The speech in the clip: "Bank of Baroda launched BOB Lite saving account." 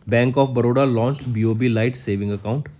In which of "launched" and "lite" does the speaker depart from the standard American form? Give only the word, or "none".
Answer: none